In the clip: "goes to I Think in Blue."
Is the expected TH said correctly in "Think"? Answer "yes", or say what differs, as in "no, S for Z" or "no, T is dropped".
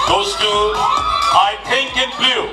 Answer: no, T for TH